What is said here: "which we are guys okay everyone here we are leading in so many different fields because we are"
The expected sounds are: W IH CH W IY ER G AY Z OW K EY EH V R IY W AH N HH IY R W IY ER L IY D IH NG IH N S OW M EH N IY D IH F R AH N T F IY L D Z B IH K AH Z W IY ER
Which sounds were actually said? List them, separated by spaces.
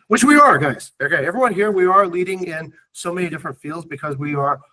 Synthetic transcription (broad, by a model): W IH CH W IY ER G AY Z OW K EY EH V R IY W AH N HH IY R W IY ER L IY D IH NG IH N S OW M EH N IY D IH F R AH N T F IY L D Z B IH K AH Z W IY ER